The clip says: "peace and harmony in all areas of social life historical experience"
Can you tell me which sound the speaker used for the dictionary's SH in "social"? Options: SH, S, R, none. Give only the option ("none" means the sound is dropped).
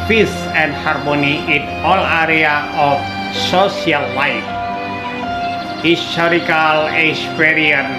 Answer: S